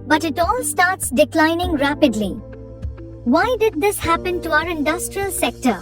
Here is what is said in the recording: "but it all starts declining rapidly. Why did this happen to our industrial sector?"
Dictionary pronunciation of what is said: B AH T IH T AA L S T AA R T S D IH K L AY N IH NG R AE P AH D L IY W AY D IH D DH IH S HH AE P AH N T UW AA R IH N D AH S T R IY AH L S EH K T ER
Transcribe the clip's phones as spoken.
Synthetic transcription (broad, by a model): B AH T IH T AA L S T AA R T S D IH K L AY N IH NG R AE P AH D L IY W AY D IH D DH IH S HH AE P AH N T UW AA R IH N D AH S T R IY AH L S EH K T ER